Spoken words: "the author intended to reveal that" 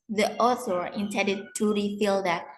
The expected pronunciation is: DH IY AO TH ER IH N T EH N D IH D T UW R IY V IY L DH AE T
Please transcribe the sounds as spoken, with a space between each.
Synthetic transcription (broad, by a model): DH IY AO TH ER IH N T EH N D IH D T UW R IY F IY L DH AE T